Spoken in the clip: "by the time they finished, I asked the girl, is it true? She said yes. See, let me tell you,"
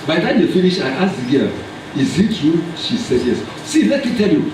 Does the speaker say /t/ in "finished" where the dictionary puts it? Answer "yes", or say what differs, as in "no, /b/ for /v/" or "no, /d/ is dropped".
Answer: no, /t/ is dropped